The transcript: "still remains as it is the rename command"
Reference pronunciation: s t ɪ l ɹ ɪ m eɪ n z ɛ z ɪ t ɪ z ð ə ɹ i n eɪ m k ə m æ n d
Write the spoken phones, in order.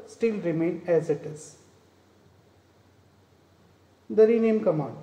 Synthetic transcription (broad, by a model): s t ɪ l ɹ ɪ m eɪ n ɛ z ɪ t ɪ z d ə ɹ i n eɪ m k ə m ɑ n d